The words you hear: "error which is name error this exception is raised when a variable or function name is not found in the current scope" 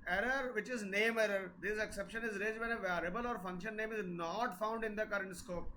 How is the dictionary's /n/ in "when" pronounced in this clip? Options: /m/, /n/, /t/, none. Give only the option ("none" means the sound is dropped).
none